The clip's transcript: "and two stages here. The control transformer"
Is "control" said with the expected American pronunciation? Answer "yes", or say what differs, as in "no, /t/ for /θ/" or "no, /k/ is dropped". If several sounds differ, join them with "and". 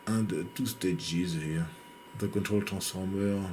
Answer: yes